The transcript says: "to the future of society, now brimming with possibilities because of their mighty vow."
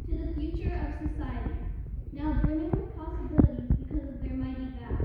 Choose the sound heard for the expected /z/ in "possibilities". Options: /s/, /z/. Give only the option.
/z/